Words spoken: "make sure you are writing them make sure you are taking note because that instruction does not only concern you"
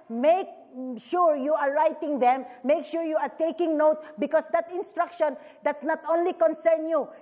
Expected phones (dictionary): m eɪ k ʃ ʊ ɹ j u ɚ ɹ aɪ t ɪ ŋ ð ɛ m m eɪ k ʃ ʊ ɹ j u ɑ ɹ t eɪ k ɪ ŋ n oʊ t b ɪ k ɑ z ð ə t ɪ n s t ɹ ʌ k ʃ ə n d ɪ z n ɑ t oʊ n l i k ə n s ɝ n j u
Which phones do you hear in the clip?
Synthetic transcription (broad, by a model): m eɪ k ʃ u ɹ j u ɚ ɹ aɪ t ɪ ŋ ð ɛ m m eɪ k ʃ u ɹ j u ɑ ɹ t eɪ k ɪ ŋ n oʊ t b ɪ k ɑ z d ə t ɪ n s t ɹ ʌ k ʃ ə n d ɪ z n ɑ t oʊ n l i k ə n s ɝ n j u